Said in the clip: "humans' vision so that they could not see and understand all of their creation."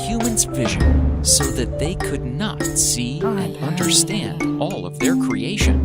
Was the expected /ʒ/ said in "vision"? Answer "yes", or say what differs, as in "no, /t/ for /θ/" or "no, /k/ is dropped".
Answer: yes